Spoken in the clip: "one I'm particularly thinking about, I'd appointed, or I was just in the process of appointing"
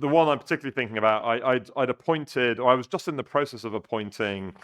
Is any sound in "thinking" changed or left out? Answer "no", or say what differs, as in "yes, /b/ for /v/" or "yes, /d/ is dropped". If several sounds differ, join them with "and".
no